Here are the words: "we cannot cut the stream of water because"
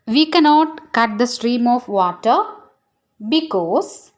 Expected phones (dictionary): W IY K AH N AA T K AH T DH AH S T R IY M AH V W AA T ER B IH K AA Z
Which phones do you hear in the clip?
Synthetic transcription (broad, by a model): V IY K AH N AA T K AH T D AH S T R IY M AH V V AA T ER B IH K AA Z